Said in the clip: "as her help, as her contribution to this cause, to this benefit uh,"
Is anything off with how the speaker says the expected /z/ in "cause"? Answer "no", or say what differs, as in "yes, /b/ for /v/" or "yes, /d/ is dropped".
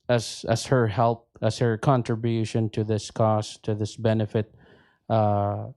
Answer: yes, /s/ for /z/